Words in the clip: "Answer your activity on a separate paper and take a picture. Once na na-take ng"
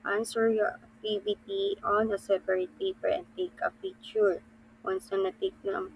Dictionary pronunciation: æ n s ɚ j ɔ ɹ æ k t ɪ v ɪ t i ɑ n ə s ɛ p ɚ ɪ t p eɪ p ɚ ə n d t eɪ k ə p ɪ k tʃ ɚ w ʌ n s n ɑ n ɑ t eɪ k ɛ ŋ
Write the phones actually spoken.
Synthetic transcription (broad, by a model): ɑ n s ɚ j ɔ ɹ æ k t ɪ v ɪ t i ɑ n ə s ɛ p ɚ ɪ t p eɪ p ɚ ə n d t eɪ k ə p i tʃ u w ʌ n s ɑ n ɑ t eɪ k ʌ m